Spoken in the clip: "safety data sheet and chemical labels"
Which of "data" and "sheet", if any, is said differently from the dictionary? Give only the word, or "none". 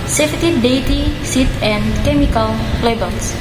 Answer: sheet